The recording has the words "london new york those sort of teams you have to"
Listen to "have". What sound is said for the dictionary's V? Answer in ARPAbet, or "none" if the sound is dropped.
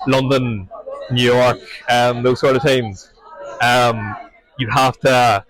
F